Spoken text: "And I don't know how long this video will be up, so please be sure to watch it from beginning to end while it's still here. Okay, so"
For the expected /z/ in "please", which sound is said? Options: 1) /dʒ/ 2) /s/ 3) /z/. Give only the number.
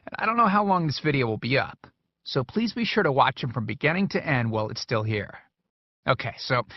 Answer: 3